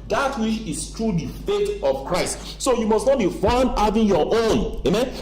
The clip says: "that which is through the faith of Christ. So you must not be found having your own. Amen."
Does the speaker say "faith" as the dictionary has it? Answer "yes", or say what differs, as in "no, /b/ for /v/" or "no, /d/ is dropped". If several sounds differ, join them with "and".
no, /t/ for /θ/